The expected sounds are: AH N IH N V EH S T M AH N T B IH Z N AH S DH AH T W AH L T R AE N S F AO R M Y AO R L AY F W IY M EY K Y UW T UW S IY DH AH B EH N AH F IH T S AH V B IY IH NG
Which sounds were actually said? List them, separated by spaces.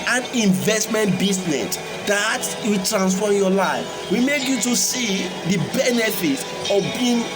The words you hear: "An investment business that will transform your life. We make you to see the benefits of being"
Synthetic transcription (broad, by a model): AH N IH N V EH S T M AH N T B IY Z N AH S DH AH T W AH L T R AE N S F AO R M Y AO L AY F W IY M EY K Y UW T UW S IY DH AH B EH N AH F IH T AH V B IY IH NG